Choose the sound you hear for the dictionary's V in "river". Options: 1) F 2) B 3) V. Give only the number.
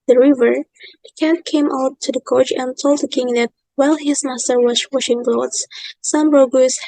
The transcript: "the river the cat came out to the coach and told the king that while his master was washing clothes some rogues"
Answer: 3